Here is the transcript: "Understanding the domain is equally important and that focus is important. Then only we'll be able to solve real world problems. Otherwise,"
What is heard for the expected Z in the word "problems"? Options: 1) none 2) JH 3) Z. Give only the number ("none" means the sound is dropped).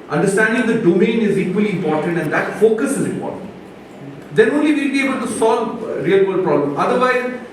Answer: 1